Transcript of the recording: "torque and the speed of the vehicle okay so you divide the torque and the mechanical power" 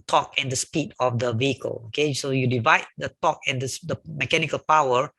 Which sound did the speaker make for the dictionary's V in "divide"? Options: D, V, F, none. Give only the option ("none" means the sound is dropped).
V